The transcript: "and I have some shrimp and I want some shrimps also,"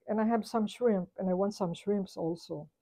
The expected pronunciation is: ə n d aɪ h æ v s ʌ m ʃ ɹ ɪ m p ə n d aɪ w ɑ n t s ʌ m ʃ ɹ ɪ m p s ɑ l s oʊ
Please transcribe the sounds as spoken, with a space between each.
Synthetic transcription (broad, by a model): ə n aɪ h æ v s ʌ m ʃ ɹ ɪ m p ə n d aɪ w ɑ n t s ʌ m ʃ ɹ ɪ m p s ɑ l s oʊ